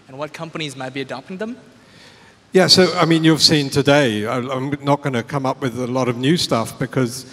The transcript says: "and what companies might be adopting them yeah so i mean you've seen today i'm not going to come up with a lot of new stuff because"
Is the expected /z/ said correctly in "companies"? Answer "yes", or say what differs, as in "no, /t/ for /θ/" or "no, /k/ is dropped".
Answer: yes